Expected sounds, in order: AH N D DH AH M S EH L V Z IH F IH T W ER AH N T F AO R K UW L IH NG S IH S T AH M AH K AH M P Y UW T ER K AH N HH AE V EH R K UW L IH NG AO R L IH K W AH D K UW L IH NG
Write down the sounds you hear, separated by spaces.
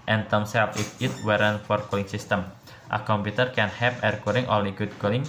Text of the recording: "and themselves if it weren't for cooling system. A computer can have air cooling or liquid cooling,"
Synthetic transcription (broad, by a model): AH N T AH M S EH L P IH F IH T W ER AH N F AO R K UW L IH NG S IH S T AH M AH K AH M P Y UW T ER K AH N HH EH P EH R K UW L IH NG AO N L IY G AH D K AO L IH NG